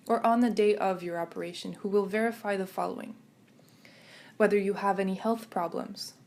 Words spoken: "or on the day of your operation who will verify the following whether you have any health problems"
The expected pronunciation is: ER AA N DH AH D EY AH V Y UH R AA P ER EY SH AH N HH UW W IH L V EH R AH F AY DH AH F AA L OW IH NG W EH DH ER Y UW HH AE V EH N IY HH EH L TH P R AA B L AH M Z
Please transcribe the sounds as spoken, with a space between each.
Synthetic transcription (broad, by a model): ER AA N DH AH D EY AH V Y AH R AA P ER EY SH AH N HH UW W IH L V EH R AH F AY DH AH F AA L OW IH NG W EH DH ER Y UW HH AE V EH N IY HH EH L TH P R AA B L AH M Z